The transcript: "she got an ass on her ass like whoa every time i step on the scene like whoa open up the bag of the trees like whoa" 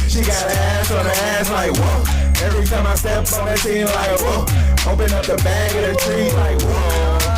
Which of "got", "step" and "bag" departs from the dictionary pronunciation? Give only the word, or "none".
step